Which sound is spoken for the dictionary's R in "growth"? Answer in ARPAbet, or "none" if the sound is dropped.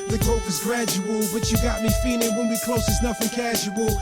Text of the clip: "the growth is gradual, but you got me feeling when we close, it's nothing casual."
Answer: none